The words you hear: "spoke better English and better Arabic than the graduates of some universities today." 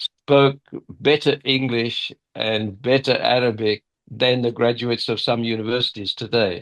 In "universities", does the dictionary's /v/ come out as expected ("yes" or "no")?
yes